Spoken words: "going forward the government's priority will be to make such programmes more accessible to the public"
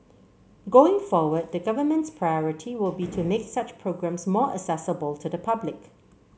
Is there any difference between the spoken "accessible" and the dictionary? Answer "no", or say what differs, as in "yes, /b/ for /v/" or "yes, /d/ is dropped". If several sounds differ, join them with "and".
yes, /k/ is dropped